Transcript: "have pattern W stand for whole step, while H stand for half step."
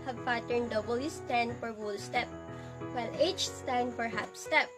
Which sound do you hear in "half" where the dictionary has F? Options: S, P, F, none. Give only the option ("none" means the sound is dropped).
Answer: P